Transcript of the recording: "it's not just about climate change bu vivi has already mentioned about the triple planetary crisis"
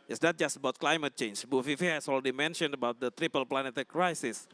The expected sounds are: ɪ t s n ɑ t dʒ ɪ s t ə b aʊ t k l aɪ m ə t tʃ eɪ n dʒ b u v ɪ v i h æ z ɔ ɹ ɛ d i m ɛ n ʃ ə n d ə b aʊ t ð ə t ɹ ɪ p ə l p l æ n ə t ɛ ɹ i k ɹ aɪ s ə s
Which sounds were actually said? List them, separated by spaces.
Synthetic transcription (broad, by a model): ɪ t s n ɑ t dʒ ɪ s t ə b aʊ t k l aɪ m ə t tʃ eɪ n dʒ b u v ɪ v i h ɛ s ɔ l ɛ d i m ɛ n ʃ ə n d ə b aʊ t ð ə t ɹ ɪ p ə l p l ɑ n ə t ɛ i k ɹ aɪ s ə s